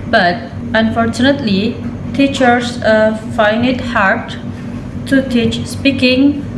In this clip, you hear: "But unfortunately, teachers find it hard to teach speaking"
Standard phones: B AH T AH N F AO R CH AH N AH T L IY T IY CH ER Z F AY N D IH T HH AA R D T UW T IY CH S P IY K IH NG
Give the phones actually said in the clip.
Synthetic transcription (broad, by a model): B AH T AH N F AO R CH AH N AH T L IY T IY CH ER S F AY N IH T HH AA R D T UW T IY CH S P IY K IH NG